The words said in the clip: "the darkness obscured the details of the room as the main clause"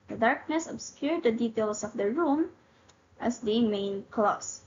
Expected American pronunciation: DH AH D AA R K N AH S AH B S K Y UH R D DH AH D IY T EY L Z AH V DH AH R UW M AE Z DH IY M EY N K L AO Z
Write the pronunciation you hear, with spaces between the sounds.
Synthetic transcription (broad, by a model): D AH D AA R K N AH S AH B S K Y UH R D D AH D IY T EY L S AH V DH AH R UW M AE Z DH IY M EY N K L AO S